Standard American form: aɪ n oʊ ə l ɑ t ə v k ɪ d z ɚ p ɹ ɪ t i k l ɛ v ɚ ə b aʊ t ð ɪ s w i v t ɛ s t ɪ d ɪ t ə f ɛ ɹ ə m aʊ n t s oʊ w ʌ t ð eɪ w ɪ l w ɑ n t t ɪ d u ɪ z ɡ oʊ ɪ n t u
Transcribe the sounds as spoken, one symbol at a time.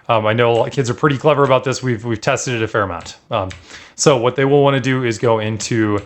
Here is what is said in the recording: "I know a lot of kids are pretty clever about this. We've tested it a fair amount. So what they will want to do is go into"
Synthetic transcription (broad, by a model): aɪ n oʊ ə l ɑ k ɪ d z ɚ p ɹ ɪ t i k l ɛ v ɚ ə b aʊ t ð ɪ s w i v t ɛ s t ɪ d ɪ t ə f ɛ ɹ ə m aʊ n t s oʊ w ʌ t ð eɪ w ɪ l w ɑ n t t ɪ d u ɪ z ɡ oʊ ɪ n t u